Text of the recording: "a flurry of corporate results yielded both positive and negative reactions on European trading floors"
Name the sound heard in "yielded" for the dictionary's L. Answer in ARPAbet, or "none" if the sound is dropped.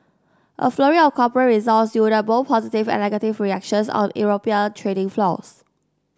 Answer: none